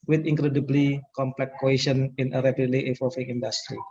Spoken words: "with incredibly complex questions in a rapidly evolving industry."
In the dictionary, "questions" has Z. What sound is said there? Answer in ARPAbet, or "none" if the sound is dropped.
none